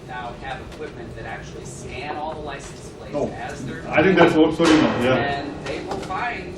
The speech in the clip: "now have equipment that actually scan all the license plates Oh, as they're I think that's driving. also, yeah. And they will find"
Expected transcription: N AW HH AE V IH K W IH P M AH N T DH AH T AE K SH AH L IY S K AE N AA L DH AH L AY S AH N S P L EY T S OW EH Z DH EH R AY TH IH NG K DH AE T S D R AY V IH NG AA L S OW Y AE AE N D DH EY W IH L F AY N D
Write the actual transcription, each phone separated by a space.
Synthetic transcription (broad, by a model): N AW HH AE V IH K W IH P M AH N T DH AH T AE K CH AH L IY S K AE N AA L DH AH L AY S N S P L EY OW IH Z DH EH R AY TH IH NG K DH AE T S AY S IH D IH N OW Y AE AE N DH EY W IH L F AY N